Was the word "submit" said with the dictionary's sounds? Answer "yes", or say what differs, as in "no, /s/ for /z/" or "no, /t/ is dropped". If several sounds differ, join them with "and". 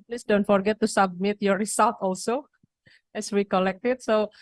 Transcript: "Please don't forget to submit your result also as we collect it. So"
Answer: yes